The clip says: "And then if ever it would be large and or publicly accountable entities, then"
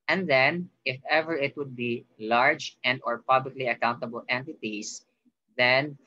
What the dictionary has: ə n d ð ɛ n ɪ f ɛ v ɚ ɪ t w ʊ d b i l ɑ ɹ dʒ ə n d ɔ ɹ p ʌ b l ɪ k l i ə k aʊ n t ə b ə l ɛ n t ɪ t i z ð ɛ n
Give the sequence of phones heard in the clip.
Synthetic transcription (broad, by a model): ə n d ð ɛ n ɪ f ɛ v ɚ ɪ t w ʊ d b i l ɑ ɹ dʒ ə n d ɔ ɹ p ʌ b l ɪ k l i ə k aʊ n t ə b ə l ɛ n t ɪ t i s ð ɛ n